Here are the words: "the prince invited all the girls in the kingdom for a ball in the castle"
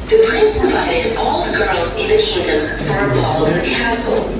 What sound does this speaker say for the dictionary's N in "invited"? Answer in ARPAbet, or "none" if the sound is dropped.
none